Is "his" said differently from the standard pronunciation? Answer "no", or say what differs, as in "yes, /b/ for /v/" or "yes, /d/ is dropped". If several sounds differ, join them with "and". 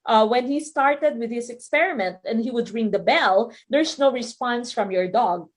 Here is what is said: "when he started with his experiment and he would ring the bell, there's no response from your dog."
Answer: yes, /s/ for /z/